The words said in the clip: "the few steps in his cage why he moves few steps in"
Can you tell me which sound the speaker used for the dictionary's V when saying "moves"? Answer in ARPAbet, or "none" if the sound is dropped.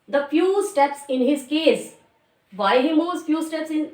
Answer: none